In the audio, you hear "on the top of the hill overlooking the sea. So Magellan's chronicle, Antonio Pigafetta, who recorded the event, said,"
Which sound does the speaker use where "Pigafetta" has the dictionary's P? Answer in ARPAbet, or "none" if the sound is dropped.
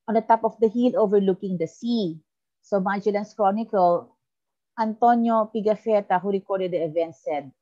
P